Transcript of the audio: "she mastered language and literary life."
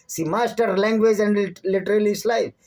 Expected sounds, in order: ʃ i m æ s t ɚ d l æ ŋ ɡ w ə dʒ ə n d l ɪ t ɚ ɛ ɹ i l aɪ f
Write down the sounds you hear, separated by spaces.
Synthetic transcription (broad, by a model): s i m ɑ s t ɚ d l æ ŋ ɡ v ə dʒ ə n d l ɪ t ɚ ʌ l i l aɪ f